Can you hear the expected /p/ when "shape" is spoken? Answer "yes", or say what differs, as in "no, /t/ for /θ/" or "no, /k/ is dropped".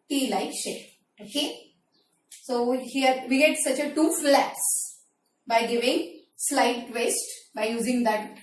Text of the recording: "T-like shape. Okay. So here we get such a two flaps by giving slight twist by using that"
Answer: no, /p/ is dropped